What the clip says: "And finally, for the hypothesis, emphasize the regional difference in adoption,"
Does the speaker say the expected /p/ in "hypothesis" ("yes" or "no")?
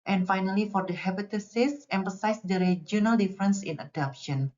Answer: no